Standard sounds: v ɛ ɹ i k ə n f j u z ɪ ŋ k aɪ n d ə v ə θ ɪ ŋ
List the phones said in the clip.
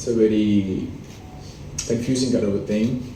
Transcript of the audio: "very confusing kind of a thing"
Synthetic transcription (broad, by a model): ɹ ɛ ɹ i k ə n f j u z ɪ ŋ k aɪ d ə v ə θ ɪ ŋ